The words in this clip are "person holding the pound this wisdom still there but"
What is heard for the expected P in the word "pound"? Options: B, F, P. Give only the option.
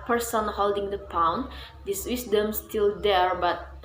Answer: P